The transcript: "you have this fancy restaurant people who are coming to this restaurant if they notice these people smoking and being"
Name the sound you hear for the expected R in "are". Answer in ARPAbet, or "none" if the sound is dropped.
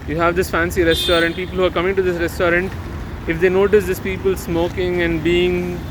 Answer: R